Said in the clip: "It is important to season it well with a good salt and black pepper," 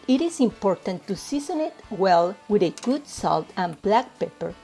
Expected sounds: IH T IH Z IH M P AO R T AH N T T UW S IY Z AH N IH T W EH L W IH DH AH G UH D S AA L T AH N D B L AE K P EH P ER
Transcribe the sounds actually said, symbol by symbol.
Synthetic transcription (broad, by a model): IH T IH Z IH M P AO R T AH N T T UW S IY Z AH N IH T W EH L W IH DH AH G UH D S AA L T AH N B L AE K P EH P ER